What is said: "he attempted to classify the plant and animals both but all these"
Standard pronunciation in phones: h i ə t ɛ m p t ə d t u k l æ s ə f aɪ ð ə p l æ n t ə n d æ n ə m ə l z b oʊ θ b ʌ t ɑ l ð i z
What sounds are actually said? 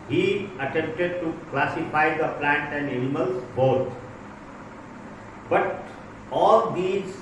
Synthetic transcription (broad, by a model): h i ə t ɛ m p t ə d t u k l æ s ə f aɪ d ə p l æ n t ə n d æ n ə m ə l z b oʊ t b ʌ t ɑ l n i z